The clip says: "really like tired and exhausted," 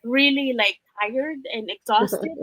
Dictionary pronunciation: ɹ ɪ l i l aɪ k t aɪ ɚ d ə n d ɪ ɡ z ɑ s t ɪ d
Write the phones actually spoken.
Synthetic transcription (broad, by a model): ɹ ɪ l i l aɪ k t aɪ ɚ d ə n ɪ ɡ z ɑ s t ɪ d